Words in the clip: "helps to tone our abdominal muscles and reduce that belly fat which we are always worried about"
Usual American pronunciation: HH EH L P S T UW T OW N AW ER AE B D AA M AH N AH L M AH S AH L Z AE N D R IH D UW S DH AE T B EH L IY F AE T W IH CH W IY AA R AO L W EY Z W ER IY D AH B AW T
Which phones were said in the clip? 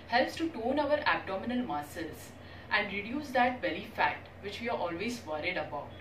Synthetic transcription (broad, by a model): HH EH L P S T UW T OW N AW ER AE B D AA M AH N AH L M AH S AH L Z AE N D R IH D UW S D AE T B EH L IY F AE T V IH CH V IY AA R AO L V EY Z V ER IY D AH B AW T